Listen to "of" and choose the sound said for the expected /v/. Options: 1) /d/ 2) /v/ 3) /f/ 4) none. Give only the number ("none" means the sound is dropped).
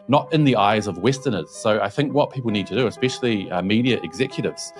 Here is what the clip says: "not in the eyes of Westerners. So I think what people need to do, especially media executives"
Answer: 2